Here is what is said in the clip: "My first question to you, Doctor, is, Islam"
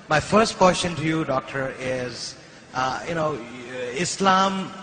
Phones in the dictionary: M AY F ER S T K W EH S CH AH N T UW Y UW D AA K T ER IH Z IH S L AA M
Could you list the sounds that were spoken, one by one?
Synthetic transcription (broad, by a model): M AY F ER S T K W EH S SH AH N T UW Y UW D AA K T ER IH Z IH S L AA M